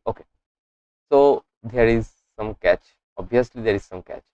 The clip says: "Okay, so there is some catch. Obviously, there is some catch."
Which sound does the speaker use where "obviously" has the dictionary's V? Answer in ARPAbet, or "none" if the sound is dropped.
none